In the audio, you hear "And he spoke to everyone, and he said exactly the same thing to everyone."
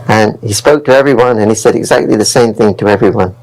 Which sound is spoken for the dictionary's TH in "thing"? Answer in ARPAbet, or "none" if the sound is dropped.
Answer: TH